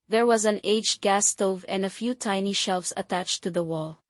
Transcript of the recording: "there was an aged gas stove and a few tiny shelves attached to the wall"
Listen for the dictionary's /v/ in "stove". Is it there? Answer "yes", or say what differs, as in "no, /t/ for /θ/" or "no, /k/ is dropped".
yes